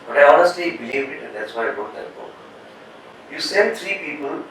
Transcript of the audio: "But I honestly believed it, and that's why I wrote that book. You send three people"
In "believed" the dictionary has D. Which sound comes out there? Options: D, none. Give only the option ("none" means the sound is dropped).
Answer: none